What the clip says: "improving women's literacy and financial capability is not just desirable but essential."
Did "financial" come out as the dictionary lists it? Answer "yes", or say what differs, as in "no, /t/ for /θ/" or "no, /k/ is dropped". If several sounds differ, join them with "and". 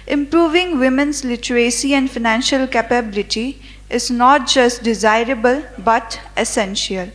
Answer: yes